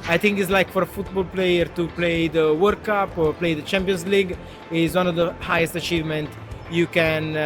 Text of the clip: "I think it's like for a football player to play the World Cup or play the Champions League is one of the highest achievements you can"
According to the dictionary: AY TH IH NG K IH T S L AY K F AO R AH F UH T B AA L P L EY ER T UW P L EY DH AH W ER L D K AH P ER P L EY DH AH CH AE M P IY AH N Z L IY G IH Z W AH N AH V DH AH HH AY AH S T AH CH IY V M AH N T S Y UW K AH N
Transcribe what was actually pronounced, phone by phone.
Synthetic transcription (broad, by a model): AY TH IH NG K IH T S L AY K F AO R AH F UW T B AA L P L EY ER T UW P L EY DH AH W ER D K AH P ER P L EY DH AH CH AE M P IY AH N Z L IY G IH Z W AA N AH V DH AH HH AY AH S T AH CH IY V M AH N T Y UW K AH N